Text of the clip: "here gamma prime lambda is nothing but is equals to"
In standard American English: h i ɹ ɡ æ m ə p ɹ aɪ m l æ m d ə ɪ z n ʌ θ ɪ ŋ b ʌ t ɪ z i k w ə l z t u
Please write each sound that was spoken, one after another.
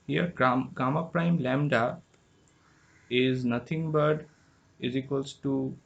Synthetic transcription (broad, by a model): h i ɹ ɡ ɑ m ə p ɹ aɪ m l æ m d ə ɪ z n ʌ t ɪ ŋ b ʌ t ɪ z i k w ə l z t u